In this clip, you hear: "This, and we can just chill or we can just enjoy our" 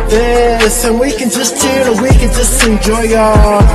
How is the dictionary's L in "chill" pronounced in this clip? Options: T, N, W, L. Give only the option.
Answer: N